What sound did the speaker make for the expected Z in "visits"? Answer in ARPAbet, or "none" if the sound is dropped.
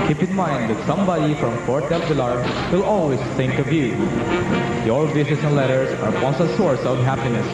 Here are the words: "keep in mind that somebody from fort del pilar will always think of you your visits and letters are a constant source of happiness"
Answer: S